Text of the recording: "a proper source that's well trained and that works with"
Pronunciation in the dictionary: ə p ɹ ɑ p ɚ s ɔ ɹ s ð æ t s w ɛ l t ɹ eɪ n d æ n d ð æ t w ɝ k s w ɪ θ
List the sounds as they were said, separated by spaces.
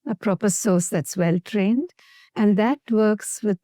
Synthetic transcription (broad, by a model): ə p ɹ ɑ p ɚ s ɔ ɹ s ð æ t s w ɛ l t ɹ eɪ n d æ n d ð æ t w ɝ k s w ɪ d